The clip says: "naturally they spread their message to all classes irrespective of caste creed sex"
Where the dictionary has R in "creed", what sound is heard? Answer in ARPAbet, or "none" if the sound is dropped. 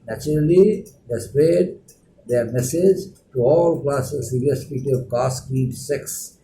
none